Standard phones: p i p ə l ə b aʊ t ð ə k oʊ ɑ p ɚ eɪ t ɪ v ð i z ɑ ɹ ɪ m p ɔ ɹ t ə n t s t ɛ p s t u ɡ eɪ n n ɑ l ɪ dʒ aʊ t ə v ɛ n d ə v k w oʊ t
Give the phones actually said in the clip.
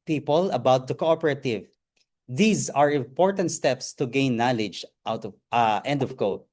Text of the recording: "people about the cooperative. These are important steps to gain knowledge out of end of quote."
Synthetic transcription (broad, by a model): p i p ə l ə b aʊ t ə k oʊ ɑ p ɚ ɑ t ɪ v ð i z ɑ ɹ ɪ m p ɔ ɹ t ə n t s t ɛ p s t u ɡ eɪ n n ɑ l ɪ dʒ aʊ t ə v ɛ n d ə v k oʊ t